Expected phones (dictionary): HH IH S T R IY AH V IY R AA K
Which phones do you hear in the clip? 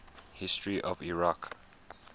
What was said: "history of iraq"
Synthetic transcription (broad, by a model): HH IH S T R IY AH V IY R AA K